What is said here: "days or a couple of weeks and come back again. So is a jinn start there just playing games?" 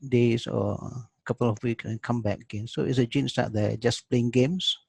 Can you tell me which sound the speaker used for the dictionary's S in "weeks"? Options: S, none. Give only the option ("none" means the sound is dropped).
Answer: none